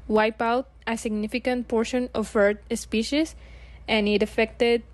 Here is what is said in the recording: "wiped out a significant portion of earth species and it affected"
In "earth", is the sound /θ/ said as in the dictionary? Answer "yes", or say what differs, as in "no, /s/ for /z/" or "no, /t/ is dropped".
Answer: no, /t/ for /θ/